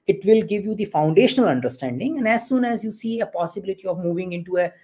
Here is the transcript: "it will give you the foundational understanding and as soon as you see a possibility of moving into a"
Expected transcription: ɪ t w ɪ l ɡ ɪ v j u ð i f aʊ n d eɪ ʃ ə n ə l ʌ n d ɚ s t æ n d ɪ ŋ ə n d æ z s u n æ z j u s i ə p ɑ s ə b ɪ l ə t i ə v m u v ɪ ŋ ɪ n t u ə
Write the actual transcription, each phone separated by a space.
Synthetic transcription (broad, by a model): ɪ t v ɪ l ɡ ɪ v j u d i f aʊ n d eɪ ʃ ə n ə l ʌ n d ɚ s t æ n d ɪ ŋ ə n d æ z s u n æ z j u s i ə p ɑ s ə b ɪ l ə t i ə v m u v ɪ ŋ ɪ n t u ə